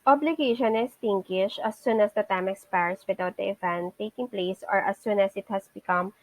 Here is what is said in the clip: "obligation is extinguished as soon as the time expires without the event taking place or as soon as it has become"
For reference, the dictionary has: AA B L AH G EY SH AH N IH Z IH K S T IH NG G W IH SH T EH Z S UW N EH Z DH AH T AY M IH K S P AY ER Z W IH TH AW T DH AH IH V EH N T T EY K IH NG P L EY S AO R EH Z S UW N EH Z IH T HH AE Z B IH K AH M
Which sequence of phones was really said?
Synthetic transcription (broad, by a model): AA B L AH G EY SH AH N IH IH S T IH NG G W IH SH AH S UW N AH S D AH T AY M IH K S P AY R S W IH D AW T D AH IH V EH N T T EY K IH NG P L EY S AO R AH S UW N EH S IH T HH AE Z B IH K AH M